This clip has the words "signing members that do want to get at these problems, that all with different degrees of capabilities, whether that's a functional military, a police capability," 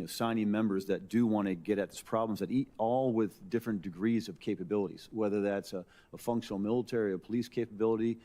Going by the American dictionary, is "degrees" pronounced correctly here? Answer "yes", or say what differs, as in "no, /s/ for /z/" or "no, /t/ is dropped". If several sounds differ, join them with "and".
yes